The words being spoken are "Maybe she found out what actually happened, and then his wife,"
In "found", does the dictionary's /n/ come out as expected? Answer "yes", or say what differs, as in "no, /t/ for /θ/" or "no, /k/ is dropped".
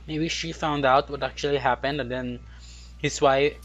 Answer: yes